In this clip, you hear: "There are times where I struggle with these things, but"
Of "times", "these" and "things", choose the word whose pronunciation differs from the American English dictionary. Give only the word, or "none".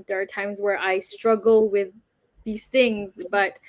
none